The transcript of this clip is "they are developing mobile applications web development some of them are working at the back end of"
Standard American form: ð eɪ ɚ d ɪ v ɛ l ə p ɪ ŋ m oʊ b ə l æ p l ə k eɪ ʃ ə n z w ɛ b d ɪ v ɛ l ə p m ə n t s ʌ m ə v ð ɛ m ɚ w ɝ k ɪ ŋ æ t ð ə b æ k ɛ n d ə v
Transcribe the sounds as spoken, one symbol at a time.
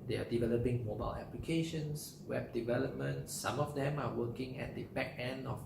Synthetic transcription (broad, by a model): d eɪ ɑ d ɪ v ɛ l ə p ɪ ŋ m oʊ b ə l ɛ p l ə k eɪ ʃ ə n s w ɛ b d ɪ v ɛ l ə p m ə n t s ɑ m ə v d ɛ m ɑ w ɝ k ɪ ŋ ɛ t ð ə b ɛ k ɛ n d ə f